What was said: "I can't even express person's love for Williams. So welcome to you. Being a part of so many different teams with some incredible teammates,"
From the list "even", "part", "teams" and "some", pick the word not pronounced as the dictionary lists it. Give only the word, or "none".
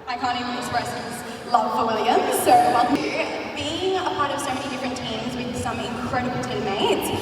even